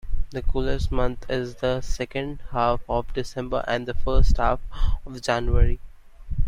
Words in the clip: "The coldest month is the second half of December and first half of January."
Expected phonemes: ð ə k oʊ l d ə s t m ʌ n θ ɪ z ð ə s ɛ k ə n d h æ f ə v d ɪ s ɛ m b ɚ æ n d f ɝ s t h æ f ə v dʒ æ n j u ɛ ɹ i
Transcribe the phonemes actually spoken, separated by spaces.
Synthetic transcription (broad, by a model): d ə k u l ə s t m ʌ n t ɪ z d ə s ɛ k ə n d h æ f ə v d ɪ s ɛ m b ɚ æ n d f ɝ s t h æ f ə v dʒ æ n j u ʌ ɹ i